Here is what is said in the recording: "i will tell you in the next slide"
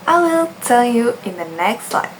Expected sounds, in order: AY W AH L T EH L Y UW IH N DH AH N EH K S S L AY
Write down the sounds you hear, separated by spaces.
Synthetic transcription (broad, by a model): AY W AH L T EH N Y UW IH N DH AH N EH K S S L AY